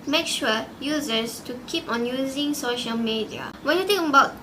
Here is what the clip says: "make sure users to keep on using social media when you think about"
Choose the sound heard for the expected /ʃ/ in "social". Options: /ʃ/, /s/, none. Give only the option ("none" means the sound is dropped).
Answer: /ʃ/